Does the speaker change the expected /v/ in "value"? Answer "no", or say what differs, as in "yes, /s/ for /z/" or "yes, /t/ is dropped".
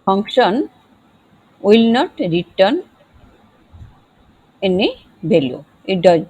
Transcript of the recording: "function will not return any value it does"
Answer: yes, /b/ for /v/